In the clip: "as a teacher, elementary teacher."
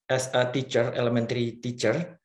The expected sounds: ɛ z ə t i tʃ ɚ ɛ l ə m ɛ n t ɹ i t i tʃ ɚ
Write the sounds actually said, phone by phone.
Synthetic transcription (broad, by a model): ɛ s ə t i tʃ ɚ ɛ l ə m ɛ n t ɹ i t i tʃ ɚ